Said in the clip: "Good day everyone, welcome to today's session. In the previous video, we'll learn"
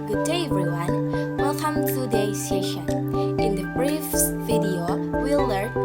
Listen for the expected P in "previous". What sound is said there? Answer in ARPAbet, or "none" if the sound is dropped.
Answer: B